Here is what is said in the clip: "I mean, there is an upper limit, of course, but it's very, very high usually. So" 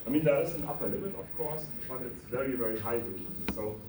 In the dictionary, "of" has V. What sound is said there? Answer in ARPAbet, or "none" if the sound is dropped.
F